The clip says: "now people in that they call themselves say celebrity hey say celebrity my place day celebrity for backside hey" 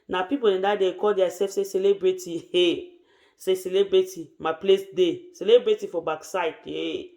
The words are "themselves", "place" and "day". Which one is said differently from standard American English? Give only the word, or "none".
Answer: themselves